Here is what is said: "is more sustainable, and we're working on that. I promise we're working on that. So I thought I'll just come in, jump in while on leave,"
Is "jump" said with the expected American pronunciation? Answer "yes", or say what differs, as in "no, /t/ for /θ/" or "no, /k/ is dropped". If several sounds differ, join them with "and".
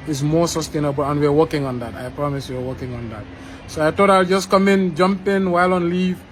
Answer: yes